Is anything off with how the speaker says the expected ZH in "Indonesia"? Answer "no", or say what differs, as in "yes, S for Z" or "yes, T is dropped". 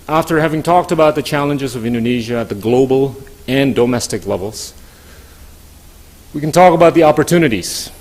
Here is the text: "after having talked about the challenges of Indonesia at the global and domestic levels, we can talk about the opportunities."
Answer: no